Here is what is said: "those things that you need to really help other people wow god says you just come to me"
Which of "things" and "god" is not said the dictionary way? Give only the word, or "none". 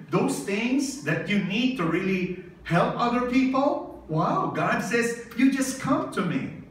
none